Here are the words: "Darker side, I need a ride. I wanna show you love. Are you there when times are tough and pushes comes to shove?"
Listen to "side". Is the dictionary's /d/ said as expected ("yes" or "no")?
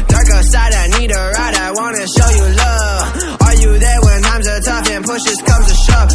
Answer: yes